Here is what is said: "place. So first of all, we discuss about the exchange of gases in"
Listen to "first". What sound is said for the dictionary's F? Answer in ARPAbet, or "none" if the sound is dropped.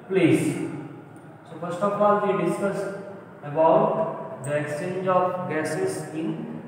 P